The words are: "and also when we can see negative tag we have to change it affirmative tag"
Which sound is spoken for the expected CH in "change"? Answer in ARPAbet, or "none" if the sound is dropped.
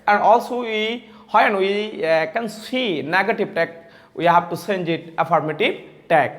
S